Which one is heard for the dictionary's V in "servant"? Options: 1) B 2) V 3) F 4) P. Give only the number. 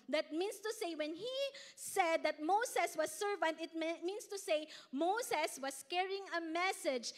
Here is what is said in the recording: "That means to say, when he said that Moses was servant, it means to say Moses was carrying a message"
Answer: 2